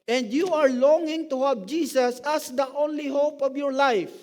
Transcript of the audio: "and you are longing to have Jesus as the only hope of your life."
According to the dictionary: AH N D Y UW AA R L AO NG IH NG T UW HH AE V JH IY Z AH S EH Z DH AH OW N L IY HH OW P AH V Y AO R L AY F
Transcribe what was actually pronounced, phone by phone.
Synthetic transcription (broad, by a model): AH N D Y UW AA R L AO NG IH NG T UW HH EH P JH IY S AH S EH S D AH OW N L IY HH OW P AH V Y AO R L AY F